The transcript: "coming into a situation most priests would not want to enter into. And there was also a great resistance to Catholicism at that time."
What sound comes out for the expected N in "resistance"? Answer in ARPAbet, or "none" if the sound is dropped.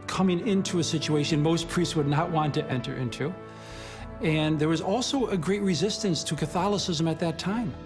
N